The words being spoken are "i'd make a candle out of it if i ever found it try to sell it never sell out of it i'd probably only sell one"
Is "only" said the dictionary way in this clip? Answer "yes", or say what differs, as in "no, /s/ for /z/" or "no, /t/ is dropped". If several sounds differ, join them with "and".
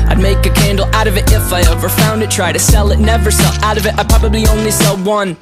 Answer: yes